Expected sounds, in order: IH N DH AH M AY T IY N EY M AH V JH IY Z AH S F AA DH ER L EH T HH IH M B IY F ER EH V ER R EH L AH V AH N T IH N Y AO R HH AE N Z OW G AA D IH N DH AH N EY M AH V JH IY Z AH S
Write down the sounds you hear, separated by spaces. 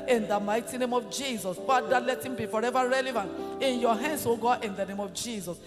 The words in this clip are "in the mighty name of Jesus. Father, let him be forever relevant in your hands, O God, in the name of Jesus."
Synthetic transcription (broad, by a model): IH N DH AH M AY T IY N EY M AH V JH IY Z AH S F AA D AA L EH T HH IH M B IY F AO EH V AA R EH L AH V AH N T IH N Y AO HH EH N S OW G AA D IH N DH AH N EY M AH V JH IY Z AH S